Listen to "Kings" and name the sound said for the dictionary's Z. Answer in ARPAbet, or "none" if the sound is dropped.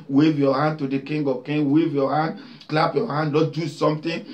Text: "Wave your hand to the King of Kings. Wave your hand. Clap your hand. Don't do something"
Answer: none